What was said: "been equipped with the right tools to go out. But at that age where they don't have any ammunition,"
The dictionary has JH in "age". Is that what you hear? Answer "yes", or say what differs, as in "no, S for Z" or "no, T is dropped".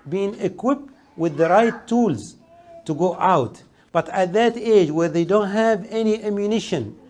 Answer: yes